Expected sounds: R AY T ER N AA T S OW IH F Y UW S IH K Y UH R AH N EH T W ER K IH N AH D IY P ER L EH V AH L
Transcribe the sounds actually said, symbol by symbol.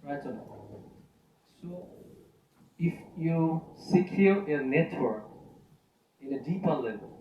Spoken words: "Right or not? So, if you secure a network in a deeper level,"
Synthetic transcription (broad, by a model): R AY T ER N S OW IH F Y UW S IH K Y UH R AH N EH T W ER K IH N AH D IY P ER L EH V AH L